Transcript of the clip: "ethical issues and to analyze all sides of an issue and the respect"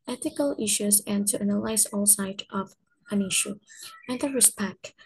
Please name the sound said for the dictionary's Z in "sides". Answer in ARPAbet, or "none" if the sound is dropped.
none